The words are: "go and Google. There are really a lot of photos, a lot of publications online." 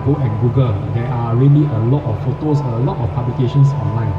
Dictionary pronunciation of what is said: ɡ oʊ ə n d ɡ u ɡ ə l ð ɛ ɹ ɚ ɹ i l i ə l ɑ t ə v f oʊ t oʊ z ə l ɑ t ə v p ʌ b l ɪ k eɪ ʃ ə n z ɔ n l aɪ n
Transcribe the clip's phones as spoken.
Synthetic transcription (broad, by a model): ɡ oʊ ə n ɡ u ɡ ə l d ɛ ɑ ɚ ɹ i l i ə l ɑ t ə f f oʊ t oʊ s ə l ɑ t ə f p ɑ b l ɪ k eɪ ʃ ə n s ɔ n l aɪ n